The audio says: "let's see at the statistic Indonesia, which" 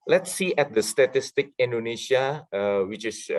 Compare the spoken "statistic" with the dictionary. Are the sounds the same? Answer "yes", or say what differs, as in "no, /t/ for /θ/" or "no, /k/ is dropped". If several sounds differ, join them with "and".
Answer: yes